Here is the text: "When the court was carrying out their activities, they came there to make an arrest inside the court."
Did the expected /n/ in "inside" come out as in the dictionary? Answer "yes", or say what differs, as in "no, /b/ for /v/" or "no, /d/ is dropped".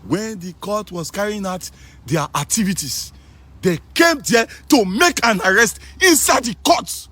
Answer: yes